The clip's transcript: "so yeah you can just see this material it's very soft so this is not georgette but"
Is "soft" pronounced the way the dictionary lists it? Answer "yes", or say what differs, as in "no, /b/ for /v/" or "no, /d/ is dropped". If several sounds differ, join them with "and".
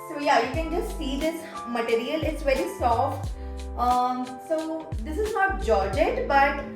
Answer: yes